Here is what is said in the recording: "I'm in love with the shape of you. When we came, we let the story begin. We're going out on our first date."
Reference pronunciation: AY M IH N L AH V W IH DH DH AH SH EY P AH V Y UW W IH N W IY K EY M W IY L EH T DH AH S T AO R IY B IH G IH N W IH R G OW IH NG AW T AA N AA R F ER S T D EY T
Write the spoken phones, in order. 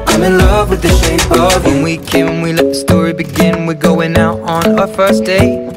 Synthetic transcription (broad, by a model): AY M IH N L AH V W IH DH DH AH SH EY AH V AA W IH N W IY K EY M W IY L EH T DH AH S T AO R IY B IH G IH N W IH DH G OW IH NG AW T N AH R F ER S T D EY